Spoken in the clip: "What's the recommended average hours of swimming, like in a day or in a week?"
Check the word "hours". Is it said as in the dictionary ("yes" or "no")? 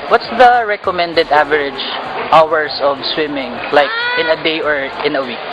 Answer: no